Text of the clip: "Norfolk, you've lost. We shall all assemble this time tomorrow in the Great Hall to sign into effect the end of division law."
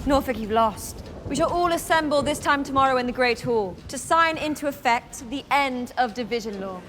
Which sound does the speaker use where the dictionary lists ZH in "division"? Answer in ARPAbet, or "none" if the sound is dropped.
ZH